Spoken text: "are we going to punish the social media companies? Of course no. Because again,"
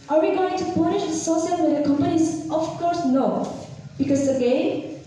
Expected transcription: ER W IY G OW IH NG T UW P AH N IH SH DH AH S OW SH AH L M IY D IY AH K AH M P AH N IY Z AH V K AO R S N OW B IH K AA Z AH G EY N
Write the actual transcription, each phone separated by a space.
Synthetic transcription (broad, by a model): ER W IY G OW IH NG T UW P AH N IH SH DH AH S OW S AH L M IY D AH K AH M P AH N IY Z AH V K AO R S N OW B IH K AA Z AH G EY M